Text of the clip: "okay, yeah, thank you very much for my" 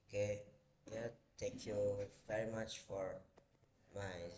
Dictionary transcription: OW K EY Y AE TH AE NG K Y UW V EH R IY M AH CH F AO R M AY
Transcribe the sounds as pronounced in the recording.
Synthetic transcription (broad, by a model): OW K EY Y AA T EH K Y UW V EH R IY M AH CH F AO R M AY